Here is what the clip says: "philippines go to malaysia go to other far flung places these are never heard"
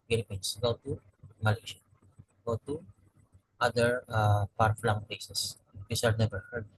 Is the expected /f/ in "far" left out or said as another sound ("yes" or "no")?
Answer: yes